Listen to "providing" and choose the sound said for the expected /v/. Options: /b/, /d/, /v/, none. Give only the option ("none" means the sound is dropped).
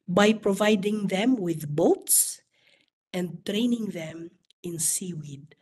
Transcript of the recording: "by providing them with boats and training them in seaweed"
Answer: /v/